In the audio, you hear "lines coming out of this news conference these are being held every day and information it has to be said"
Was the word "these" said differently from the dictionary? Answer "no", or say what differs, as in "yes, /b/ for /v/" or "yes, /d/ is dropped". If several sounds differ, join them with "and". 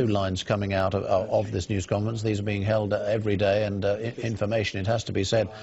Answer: no